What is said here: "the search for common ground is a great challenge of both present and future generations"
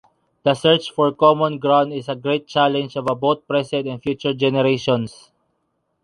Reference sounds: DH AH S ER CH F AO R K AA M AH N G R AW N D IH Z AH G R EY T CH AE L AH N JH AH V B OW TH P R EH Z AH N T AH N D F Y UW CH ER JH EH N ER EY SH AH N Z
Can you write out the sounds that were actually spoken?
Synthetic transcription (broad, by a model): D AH S ER CH F AO R K AA M AH N G R AW N D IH S AH G R EY T CH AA L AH N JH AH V B OW T P R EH S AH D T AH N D F Y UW CH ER JH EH N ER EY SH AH N S